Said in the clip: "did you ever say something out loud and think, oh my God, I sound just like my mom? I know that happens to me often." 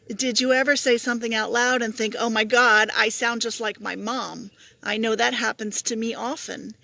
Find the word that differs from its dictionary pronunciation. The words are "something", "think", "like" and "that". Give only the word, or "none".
none